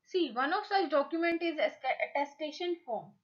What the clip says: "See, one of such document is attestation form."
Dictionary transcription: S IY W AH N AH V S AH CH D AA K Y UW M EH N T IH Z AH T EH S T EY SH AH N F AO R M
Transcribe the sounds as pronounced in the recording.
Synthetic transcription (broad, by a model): S IY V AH N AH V S AH CH D AA K Y UW M EH N T IH Z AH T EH S T EY SH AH N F AO R M